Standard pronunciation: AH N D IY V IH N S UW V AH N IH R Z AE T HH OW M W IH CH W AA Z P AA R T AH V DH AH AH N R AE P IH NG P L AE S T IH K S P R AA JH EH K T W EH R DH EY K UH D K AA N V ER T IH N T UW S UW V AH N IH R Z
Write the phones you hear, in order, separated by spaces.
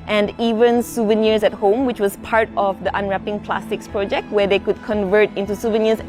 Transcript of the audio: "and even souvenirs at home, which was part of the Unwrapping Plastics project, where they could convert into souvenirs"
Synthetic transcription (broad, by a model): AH N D IY V IH N S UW V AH N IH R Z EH T HH OW M W IH CH W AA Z P AA R T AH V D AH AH N R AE P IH NG P L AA S T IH K S P R AA JH EH K T W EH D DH EY K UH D K AA N V ER T IH N T UW S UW V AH N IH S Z